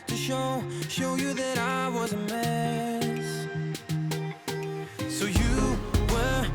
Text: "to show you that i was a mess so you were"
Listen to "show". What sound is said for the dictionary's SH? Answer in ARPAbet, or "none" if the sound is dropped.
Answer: SH